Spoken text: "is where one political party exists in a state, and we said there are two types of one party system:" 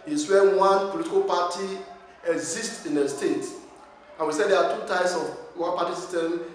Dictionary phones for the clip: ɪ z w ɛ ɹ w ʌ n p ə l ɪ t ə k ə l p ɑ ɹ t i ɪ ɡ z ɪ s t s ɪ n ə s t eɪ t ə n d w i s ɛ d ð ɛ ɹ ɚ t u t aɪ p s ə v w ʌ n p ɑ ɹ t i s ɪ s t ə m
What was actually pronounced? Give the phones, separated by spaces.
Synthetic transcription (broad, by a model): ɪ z w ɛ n w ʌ n p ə l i t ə k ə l p ɑ t i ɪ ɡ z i s t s ɪ n ə s t eɪ t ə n w i s ɛ d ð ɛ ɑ t u t aɪ s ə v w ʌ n p ɑ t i s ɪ s t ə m